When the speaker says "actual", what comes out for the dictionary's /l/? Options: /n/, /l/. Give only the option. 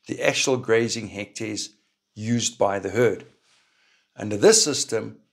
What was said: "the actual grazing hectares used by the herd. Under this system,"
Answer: /l/